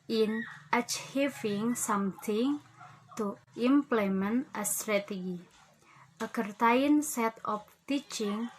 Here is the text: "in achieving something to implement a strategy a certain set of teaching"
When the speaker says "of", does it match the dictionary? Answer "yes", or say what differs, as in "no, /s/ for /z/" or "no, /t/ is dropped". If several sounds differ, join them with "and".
no, /p/ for /v/